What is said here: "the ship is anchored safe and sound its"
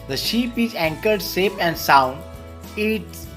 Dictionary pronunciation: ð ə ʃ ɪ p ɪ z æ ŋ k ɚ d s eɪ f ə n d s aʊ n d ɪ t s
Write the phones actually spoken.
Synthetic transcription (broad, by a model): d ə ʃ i p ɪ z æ ŋ k ɚ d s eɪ p ə n d s aʊ n d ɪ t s